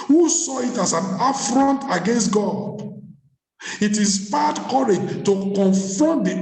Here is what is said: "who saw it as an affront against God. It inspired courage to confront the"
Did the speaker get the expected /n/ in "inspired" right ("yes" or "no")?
no